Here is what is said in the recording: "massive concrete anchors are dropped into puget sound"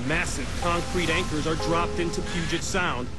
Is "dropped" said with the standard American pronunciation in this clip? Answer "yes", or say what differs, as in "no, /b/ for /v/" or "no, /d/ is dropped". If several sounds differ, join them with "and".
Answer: yes